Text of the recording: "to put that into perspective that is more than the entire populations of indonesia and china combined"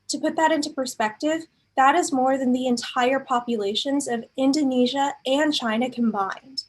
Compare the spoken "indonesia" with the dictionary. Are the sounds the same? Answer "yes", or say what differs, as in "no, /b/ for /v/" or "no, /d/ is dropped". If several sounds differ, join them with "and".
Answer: yes